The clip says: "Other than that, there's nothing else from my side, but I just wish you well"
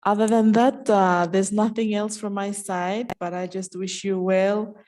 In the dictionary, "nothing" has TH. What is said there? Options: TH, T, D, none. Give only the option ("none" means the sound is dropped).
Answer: TH